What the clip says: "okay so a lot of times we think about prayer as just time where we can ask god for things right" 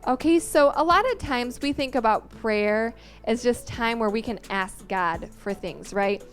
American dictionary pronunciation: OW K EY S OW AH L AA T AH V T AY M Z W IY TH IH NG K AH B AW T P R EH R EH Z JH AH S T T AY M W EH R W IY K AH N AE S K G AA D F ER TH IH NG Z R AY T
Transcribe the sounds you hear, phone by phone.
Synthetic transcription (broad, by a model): OW K EY S OW AH L AA T AH V T AY M Z W IY TH IH NG K AH B AW T P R EH R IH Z JH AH S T T AY M W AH R W IY K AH N AE S K G AA D F ER TH IH NG Z R AY T